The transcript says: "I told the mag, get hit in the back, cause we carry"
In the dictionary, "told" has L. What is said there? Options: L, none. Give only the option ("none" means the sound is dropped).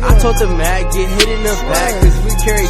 none